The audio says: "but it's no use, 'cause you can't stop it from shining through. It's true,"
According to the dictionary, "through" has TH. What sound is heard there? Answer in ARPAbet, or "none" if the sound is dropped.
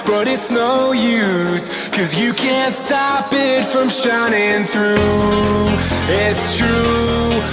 TH